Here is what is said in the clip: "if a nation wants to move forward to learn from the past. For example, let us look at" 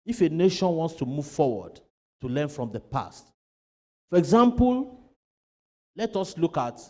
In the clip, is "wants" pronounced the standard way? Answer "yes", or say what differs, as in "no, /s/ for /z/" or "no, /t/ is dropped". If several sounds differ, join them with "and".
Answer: yes